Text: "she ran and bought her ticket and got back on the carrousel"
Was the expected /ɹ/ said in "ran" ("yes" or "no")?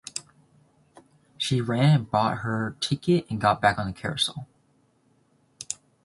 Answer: yes